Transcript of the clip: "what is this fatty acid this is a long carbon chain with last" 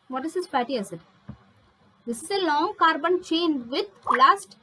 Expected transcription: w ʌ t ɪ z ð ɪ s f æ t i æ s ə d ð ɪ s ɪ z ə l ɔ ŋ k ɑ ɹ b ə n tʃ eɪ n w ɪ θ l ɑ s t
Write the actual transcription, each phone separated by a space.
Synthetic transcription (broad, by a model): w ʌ t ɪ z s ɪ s p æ t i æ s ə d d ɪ s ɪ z ə l ɔ ŋ k ɑ ɹ b ə n tʃ eɪ n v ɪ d l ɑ s t